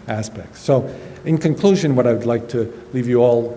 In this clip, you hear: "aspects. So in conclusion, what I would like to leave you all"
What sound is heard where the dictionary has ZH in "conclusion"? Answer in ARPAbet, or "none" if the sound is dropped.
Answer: ZH